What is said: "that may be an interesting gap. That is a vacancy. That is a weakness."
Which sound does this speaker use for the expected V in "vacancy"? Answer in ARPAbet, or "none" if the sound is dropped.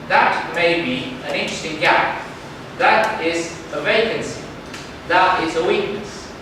V